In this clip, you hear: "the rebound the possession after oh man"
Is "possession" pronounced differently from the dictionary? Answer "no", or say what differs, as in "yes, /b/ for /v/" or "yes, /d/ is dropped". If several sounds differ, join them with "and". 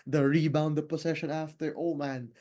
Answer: yes, /s/ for /z/